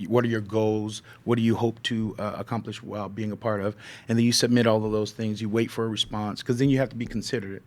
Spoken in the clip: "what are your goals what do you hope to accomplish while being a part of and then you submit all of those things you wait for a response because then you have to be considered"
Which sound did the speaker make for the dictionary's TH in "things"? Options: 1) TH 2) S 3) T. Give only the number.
1